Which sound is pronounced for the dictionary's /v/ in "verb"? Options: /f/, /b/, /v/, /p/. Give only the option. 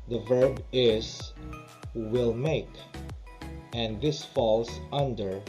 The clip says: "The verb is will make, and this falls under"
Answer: /v/